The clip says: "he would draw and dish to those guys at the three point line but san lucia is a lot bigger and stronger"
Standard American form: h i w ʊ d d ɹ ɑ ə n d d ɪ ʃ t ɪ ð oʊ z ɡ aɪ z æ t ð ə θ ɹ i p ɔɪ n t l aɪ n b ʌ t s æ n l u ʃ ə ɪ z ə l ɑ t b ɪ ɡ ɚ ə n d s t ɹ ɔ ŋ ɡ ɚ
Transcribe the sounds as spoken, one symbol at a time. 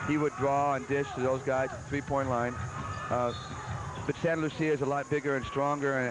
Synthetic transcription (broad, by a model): h i w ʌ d d ɹ ɑ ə n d d ɪ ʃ t ɪ ð oʊ z ɡ aɪ z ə θ ɹ i p ɔɪ n t l aɪ n b ʌ t s æ n l u s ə ɪ z ə l ɑ t b ɪ ɡ ɚ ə n s t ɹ ɔ ŋ ɡ ɚ